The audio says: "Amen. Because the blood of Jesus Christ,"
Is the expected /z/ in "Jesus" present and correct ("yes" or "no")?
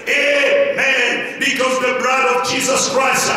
yes